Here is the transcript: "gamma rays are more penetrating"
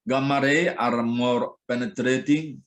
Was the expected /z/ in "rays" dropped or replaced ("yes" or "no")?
yes